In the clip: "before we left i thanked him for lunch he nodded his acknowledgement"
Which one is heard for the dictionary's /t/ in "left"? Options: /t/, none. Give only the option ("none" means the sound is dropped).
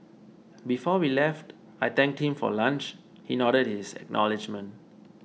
/t/